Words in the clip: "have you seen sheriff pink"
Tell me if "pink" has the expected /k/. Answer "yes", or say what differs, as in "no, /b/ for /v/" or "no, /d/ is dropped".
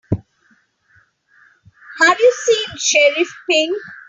no, /k/ is dropped